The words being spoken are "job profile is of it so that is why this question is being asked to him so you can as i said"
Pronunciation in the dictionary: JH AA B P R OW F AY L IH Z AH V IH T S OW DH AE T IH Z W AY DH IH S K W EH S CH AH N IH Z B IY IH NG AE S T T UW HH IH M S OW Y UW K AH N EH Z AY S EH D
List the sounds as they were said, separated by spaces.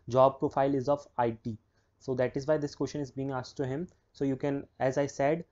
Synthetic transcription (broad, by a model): JH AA B P R OW F AY L IH Z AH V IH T S OW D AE T IH Z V AY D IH S K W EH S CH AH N IH Z B IY IH NG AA S T T UW HH IH M S OW Y UW K AH N EH Z AY S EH D